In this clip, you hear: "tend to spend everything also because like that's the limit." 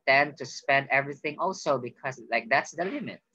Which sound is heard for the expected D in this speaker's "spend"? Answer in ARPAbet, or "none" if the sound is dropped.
D